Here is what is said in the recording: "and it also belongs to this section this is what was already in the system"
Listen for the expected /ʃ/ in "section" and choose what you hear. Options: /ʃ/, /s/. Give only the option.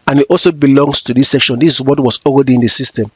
/ʃ/